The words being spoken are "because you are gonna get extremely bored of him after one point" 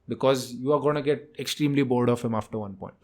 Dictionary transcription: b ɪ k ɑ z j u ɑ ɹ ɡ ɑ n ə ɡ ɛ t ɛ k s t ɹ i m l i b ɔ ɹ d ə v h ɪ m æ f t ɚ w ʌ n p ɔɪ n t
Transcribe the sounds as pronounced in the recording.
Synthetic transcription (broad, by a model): b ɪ k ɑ z j u ɑ ɹ ɡ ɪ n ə ɡ ɛ t ɛ k s t ɹ i m l i b ɔ l d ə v h ɪ m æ f t ɚ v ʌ n p ɔɪ n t